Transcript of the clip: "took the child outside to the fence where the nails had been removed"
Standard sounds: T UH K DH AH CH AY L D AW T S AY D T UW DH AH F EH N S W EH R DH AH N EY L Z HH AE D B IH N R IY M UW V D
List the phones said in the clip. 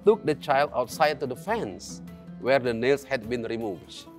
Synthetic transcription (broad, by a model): T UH K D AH CH AY L D AW T S AY D T UW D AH F EH N S W EH R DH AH N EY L S HH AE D B IH N R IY M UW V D